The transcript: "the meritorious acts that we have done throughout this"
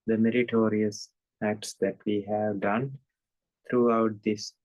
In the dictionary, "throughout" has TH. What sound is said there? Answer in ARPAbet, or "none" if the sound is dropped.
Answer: T